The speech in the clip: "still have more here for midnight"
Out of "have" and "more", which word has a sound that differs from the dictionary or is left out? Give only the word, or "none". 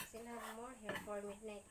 have